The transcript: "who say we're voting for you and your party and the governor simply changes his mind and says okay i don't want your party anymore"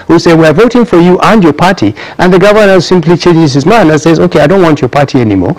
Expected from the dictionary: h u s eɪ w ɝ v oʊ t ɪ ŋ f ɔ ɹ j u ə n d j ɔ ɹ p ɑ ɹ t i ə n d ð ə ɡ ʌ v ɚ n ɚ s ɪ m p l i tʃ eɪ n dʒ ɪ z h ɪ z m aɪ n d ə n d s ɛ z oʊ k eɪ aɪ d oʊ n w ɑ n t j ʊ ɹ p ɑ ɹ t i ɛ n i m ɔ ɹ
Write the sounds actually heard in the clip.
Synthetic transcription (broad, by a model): h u s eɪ w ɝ v oʊ t ɪ ŋ f ɔ ɹ j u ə n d j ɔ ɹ p ɑ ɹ t i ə n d ð ə ɡ ʌ v ɚ n ɚ s ɪ m p l i tʃ eɪ n dʒ ɪ z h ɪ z m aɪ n ə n s ɛ z oʊ k eɪ aɪ d oʊ n w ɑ n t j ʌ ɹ p ɑ ɹ t i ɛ n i m ɔ ɹ